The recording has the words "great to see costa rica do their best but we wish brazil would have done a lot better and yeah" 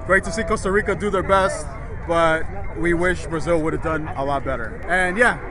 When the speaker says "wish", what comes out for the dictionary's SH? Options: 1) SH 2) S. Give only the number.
1